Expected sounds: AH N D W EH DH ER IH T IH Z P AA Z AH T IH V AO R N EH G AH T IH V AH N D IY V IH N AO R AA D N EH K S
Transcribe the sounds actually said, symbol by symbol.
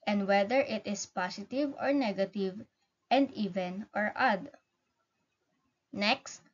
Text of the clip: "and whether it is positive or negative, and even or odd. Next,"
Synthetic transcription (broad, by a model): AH N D W EH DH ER IH T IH S P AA S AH T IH V AO R N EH G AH T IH V AH N D IY V IH N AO R AA D N EH K S